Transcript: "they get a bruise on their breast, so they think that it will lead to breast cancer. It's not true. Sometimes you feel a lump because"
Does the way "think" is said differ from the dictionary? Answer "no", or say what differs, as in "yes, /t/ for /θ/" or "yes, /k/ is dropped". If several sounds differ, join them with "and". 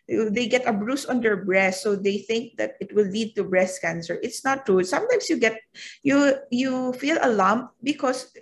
no